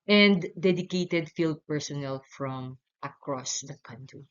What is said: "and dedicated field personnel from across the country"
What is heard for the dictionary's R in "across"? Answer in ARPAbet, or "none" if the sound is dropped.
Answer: R